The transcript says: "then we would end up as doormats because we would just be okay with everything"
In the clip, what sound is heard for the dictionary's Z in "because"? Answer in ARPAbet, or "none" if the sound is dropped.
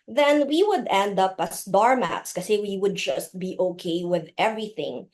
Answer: none